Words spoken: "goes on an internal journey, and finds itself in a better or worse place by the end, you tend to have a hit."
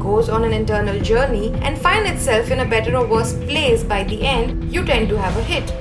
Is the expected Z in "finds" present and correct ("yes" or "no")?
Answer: no